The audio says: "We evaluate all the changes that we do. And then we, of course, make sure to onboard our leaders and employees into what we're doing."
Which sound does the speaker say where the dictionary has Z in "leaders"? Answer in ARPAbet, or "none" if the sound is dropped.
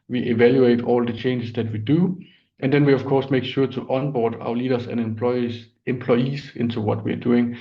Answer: S